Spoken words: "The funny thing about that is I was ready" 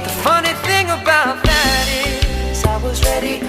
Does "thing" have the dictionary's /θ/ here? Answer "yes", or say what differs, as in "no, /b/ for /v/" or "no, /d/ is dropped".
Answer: yes